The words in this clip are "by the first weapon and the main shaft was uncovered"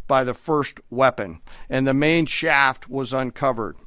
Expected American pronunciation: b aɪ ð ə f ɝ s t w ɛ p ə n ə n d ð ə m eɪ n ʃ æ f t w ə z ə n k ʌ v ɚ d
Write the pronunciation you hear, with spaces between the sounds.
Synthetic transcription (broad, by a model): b aɪ ð ə f ɝ s t w ɛ p ə n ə n ð ə m eɪ n ʃ æ f t w ə z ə n k ʌ v ɚ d